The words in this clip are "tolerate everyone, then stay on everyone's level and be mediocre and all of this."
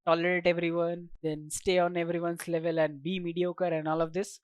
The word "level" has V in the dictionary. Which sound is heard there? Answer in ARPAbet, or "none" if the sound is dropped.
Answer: V